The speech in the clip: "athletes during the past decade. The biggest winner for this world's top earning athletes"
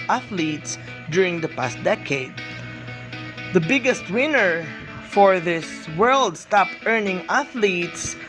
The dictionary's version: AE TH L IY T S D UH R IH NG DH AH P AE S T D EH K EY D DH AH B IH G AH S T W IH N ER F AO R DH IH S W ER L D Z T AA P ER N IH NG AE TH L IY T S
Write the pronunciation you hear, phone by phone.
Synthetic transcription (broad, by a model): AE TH L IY T S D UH R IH NG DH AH P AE S T D EH K EY D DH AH B IH G AH S T W IH N ER F AO R DH IH S W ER L D S T AA P ER N IH NG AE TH L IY T S